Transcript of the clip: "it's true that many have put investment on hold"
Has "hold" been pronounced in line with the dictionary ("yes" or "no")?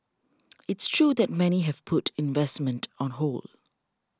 no